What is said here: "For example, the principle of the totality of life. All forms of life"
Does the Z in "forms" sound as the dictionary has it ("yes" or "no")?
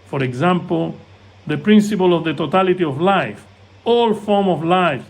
no